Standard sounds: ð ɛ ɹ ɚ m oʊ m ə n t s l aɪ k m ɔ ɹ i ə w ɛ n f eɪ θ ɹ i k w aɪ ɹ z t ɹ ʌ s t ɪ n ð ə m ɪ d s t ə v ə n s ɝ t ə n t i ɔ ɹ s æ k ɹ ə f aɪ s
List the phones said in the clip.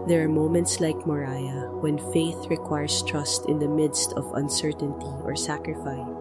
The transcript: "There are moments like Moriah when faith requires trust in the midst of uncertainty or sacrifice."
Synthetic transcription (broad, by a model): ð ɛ ɹ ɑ m oʊ m ə n t s l aɪ k m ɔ ɹ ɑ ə w ɛ n f eɪ θ ɹ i k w aɪ ɹ s t ɹ ʌ s t ɪ n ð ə m ɪ d s t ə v ə n s ɝ t ə n t i ɔ ɹ s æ k ɹ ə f aɪ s